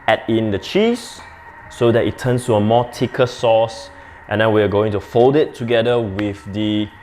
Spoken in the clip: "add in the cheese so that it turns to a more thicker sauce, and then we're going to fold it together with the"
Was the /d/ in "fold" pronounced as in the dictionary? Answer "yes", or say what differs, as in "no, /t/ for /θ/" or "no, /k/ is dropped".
yes